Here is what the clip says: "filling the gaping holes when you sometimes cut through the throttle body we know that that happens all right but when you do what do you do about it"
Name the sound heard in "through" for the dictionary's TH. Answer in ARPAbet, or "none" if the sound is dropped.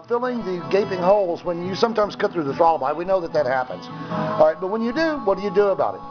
TH